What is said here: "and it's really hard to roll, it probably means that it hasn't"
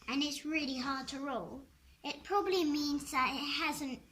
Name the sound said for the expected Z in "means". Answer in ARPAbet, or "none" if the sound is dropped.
Z